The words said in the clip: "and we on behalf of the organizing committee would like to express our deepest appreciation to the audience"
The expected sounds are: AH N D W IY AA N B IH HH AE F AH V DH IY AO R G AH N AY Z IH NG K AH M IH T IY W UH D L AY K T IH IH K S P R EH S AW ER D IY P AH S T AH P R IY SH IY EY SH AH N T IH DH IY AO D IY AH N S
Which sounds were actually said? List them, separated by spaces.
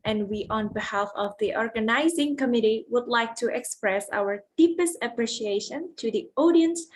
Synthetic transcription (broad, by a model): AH N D W IY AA N B IH HH AE F AH V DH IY AO R G AH N AY Z IH NG K AH M IH T IY W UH D L AY K T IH IH K S P R EH S AW ER D IY P AH S T AH P R IY SH IY EY SH AH N T IH DH IY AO D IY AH N S